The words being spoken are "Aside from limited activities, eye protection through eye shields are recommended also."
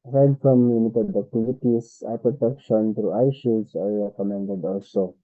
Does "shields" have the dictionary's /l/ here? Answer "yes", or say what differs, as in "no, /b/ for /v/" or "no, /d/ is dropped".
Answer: no, /l/ is dropped